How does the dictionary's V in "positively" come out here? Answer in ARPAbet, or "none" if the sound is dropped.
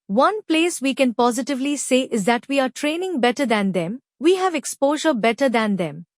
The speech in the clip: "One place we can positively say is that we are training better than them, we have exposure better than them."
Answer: V